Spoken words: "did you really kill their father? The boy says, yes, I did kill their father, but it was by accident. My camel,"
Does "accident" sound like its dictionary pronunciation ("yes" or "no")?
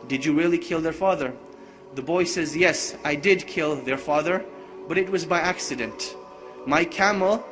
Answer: yes